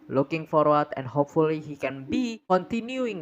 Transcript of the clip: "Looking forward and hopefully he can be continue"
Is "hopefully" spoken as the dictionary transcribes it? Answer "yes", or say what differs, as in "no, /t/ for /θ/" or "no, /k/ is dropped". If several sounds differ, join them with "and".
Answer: yes